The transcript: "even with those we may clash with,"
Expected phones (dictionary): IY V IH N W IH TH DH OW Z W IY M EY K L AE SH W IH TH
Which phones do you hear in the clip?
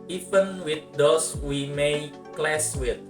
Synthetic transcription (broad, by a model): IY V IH N W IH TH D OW S W IY M EY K L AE S W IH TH